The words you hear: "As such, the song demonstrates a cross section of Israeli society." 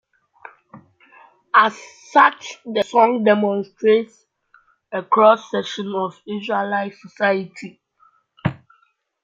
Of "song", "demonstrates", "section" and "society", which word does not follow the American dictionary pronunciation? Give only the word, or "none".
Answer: section